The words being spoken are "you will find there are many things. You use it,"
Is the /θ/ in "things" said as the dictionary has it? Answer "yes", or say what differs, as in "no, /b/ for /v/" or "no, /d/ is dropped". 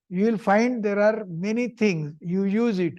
no, /t/ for /θ/